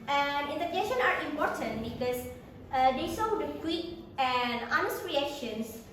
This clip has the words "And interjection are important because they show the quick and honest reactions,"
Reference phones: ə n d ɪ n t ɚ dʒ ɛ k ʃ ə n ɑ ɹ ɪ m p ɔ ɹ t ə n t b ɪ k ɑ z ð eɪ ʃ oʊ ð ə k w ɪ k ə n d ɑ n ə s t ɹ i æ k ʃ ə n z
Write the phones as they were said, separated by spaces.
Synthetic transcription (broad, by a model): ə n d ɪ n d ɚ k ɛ ʃ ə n ɑ ɹ ɪ m p ɔ ɹ t ə n t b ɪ k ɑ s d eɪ s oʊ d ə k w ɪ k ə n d ɑ n ə s t ɹ i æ k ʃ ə n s